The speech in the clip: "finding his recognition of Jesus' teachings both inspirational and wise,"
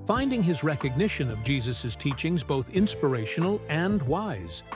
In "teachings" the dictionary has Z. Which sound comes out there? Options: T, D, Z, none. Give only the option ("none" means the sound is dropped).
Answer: Z